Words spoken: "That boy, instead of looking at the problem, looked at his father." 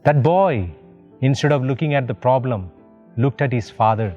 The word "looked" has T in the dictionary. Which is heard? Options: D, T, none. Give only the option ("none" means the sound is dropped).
T